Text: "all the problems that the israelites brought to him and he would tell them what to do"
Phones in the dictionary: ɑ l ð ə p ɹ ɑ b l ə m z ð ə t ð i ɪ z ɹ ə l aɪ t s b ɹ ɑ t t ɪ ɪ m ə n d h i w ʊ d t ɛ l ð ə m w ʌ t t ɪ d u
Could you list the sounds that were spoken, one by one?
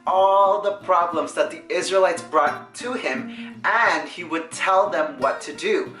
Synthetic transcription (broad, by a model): ɑ l ð ə p ɹ ɑ b l ə m z ð ə t ð i ɪ z ɹ ə l aɪ t s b ɹ ɑ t t ɪ ɪ m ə n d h i w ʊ d t ɛ l ð ə m w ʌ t t ɪ d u